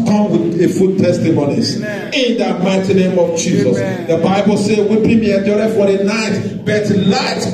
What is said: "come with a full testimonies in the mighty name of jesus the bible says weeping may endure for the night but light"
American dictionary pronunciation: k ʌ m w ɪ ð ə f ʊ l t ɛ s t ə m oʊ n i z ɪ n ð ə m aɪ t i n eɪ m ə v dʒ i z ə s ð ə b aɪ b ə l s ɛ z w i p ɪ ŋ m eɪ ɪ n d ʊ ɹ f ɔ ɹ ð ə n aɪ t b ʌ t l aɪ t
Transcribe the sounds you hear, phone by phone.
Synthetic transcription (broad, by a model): k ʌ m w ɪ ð ə f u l t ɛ s t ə m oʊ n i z ɪ n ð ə m aɪ t i n eɪ m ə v dʒ i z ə s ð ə b aɪ b ə l s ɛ w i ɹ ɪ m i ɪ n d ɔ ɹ f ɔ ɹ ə n aɪ t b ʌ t l aɪ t